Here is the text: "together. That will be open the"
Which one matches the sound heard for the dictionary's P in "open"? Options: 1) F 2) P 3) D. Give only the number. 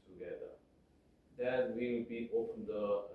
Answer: 1